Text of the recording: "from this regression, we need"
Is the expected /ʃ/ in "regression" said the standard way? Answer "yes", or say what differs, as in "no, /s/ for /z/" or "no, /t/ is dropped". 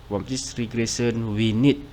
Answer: no, /s/ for /ʃ/